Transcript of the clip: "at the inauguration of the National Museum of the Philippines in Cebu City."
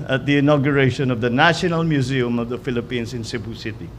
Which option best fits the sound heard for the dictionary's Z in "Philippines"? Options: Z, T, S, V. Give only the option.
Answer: S